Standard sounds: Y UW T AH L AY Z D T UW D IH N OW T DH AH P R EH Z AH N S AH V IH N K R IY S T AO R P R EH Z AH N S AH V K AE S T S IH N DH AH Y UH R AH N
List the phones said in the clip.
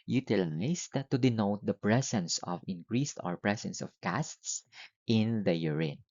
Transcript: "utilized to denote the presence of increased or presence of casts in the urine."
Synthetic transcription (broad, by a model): Y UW T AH L AY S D T UW D IH N OW T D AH P R EH S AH N S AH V IH N K R IY S T AO R P R EH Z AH N S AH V K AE S T S IH N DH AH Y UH R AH N